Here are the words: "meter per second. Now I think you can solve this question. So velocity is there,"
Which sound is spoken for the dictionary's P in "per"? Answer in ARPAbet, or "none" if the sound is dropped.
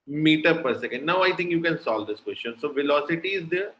P